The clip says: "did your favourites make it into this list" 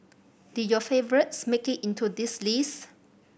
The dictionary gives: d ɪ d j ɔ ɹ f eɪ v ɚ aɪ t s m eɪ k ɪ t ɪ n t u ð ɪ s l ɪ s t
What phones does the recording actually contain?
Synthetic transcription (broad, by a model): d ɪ j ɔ f eɪ v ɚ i t s m eɪ k ɪ t ɪ n t u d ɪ s l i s